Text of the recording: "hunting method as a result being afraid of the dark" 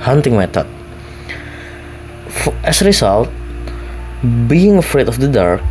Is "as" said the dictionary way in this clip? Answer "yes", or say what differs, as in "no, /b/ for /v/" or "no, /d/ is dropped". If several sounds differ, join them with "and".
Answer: no, /s/ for /z/